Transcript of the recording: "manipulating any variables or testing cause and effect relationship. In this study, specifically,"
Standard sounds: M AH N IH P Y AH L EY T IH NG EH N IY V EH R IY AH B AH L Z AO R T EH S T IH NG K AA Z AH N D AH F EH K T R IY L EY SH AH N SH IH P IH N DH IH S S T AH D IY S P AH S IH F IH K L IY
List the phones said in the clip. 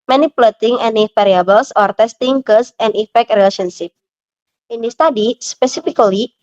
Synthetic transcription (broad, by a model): M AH N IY P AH L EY T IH NG EH N IY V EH R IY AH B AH L S AO R T EH S T IH NG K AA S AH N D AH F EH K T R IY L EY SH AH N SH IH P IH N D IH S S T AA D IY S P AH S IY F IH K L IY